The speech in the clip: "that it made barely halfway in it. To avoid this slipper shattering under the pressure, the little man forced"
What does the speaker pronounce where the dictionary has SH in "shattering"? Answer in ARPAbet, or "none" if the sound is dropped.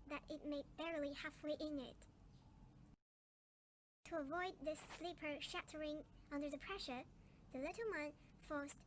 SH